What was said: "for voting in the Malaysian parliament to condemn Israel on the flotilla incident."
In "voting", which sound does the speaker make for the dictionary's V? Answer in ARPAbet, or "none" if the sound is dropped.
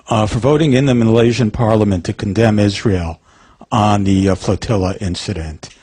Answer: V